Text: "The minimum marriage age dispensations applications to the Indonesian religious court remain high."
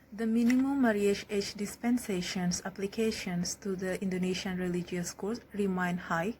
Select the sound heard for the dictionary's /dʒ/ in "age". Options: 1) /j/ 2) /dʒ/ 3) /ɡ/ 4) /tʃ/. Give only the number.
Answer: 4